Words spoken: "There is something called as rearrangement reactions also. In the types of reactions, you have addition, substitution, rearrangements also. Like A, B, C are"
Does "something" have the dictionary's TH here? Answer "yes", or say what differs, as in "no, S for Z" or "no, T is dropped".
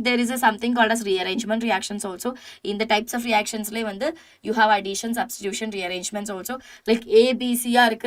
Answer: no, T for TH